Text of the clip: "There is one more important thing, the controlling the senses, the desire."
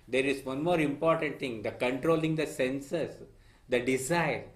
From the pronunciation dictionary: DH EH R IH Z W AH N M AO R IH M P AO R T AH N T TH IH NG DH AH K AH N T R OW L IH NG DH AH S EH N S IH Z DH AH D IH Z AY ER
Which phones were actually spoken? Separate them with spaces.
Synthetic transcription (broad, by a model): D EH R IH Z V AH N M AO R IH M P AO R T AH N T T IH NG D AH K AH N T R OW L IH NG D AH S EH N S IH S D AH D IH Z AY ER